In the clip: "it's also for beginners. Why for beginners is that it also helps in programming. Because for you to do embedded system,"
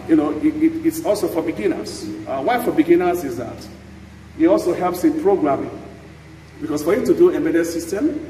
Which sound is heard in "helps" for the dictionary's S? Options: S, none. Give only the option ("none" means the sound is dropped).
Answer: S